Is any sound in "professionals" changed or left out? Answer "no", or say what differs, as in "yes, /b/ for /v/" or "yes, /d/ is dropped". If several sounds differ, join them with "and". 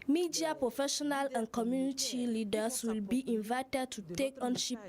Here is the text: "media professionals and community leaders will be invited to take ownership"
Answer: yes, /z/ is dropped